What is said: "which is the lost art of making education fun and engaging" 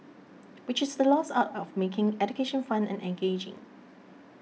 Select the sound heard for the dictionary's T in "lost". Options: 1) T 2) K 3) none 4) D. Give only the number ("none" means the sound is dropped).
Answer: 3